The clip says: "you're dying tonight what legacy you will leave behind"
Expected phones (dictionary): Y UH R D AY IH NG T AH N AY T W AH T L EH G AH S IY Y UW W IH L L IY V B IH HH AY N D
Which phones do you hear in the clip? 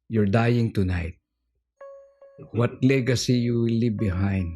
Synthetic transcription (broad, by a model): Y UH R D AY IH NG T AH N AY T W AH T L EH G AH S IY Y UW W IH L L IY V B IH HH AY N D